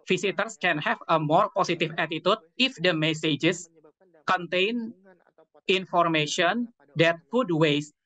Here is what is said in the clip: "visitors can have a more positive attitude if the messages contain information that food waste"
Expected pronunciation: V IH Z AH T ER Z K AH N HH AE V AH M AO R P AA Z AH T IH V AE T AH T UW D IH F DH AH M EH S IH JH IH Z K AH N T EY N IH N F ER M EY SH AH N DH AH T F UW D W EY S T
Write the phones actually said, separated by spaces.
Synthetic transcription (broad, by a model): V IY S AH T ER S K AH N HH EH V AH M AO R P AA S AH T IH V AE T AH T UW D IH F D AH M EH S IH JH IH S K AH N T EY N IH N F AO M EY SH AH N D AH T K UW D W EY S